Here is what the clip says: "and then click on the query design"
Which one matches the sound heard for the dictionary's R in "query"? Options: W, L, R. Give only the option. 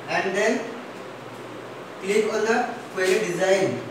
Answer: L